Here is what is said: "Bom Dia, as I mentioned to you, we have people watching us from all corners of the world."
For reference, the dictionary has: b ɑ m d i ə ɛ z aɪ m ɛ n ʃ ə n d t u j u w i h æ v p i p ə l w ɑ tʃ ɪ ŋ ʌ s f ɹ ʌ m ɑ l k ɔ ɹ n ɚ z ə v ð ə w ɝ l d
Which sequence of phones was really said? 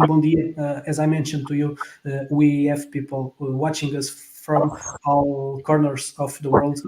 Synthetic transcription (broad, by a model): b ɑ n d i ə ɛ z aɪ m ɛ n ʃ ə n d t u j u w i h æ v p i p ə l w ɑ tʃ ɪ ŋ ʌ s f ɹ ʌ m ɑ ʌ k ɔ ɹ n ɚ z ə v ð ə w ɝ l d